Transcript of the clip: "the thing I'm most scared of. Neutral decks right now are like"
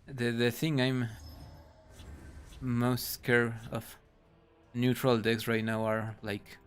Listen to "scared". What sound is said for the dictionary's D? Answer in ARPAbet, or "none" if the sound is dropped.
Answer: none